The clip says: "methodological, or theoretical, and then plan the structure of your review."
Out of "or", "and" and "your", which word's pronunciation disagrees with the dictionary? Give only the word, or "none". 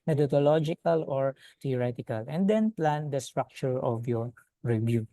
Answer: none